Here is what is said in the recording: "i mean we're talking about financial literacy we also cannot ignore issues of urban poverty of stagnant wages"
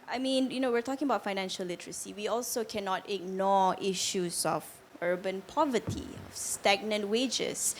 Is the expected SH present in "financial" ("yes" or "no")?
yes